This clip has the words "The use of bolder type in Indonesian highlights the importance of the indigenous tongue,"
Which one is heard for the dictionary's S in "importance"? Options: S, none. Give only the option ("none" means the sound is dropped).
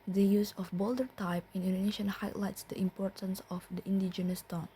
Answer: S